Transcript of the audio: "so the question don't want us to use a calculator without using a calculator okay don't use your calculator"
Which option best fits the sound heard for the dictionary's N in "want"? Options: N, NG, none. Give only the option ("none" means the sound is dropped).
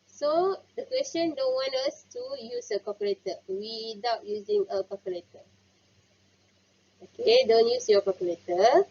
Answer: N